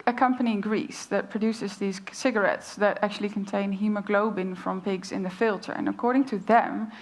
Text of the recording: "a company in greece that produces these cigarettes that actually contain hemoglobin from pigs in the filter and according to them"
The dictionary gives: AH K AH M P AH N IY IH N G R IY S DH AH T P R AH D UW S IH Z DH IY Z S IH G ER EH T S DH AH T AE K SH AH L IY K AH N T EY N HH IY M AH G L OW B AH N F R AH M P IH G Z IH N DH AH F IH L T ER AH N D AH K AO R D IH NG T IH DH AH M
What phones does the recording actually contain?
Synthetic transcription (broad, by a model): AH K AH M P AH N IY IH N G R IY S DH AH T P R AH D UW S IH Z DH IY Z S IH G ER EH T S DH AH T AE K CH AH L IY K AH N T EY N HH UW M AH G L OW B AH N F R AH M P IH G Z IH N DH AH F IH L T ER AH N AH K AO R D IH NG T IH DH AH M